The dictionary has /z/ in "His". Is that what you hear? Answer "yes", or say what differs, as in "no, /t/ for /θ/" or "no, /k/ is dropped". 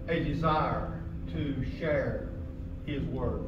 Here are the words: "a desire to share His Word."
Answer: yes